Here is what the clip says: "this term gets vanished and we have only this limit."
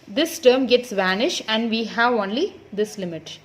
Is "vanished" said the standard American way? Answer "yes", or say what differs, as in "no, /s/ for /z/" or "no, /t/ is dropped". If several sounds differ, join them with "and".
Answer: yes